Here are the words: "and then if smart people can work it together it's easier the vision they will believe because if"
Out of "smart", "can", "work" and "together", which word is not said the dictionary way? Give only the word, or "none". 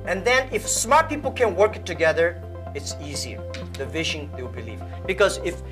none